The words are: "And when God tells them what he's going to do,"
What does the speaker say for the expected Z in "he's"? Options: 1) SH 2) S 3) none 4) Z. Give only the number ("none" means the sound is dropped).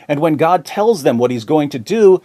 4